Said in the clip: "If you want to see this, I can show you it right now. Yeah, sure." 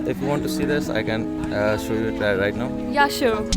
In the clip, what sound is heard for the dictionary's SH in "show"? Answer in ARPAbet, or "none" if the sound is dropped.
SH